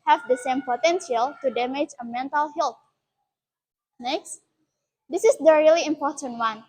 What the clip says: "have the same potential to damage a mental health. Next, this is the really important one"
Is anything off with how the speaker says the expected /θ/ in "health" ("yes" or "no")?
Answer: yes